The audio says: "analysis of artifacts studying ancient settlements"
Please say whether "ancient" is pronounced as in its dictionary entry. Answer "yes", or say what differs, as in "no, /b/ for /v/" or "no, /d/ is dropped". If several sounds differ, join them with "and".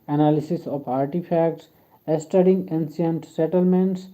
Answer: no, /s/ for /ʃ/